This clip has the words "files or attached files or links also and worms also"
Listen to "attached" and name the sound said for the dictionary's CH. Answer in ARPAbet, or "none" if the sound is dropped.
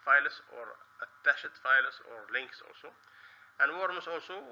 SH